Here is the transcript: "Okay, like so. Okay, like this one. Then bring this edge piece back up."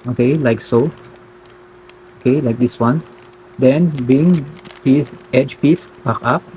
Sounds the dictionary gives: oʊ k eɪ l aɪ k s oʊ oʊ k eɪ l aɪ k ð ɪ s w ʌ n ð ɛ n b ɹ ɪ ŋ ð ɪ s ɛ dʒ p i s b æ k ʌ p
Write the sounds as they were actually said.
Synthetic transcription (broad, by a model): oʊ k eɪ l aɪ k s oʊ oʊ k eɪ l aɪ k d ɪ s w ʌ n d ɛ n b i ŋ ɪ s ɛ dʒ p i s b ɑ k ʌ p